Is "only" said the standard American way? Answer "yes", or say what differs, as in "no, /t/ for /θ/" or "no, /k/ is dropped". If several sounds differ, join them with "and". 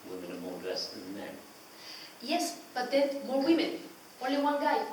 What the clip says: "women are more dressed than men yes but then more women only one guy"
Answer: no, /n/ is dropped